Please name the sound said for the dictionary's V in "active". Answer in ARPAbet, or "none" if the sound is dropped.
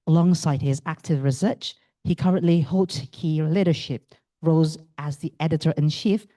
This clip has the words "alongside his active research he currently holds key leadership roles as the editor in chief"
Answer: V